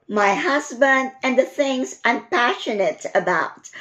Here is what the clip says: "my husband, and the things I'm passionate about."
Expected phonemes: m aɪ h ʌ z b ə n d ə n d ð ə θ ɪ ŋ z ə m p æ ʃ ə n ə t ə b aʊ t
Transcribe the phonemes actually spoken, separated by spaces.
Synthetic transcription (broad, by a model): m aɪ h ʌ z b ə n d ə n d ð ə θ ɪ ŋ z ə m p æ ʃ ə n ə t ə b aʊ t